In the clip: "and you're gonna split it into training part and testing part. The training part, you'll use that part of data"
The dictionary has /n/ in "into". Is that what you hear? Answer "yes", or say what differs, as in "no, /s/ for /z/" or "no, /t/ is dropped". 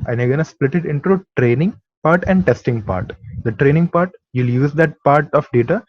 yes